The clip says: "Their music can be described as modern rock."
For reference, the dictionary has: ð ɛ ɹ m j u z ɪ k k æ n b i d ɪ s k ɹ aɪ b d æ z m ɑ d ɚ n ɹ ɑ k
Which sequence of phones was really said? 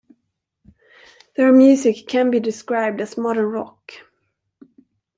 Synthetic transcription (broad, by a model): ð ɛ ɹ m j u s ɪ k k æ n b i d ɪ s k ɹ aɪ b d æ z m ɑ d ɚ n ɹ ɑ k